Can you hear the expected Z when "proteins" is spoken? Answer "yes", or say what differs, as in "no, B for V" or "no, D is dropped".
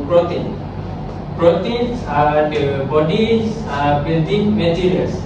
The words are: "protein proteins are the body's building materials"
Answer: no, S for Z